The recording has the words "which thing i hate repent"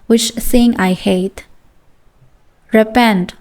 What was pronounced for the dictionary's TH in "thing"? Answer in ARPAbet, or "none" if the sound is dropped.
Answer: S